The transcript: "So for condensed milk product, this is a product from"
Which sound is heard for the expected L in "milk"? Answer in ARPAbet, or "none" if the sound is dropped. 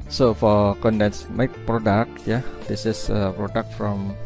none